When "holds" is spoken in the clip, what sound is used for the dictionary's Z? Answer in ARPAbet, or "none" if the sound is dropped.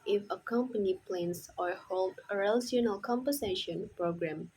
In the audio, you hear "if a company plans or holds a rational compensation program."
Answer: none